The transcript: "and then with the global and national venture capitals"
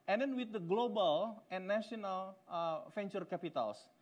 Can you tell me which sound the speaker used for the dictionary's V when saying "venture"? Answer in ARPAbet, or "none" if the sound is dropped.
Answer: F